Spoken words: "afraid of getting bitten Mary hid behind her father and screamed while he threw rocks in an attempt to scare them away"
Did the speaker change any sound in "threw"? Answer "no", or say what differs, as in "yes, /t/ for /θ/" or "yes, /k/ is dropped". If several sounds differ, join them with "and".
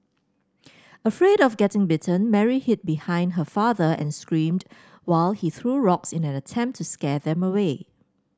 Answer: no